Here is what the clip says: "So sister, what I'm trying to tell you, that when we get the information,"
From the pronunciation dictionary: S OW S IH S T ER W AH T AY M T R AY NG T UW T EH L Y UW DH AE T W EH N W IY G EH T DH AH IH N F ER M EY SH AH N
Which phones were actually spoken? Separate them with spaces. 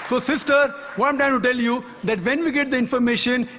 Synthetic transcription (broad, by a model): S OW S IH S T ER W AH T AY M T AY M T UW T EH L Y UW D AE T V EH N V IY G EH T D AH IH N F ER M EY SH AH N